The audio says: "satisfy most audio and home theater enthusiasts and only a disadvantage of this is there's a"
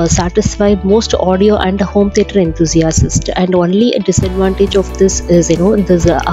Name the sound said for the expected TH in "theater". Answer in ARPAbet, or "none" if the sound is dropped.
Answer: T